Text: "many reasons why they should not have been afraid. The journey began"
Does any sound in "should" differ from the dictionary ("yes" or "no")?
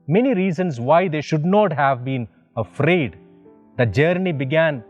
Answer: no